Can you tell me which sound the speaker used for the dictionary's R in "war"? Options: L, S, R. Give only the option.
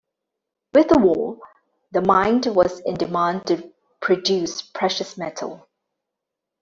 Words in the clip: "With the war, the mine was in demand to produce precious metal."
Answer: L